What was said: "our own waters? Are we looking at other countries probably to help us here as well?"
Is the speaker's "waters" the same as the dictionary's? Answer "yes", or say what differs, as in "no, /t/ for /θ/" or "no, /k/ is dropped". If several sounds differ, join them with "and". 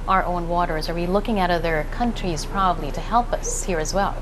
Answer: yes